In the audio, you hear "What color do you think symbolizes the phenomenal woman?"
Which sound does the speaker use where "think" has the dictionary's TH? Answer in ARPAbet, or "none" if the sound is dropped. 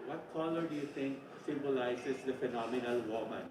T